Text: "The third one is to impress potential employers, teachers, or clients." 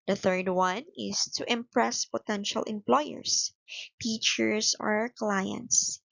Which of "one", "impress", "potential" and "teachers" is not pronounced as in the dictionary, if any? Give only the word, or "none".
teachers